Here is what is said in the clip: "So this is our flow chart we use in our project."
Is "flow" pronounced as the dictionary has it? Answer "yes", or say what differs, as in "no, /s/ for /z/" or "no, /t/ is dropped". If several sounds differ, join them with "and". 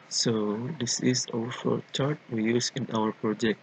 no, /l/ is dropped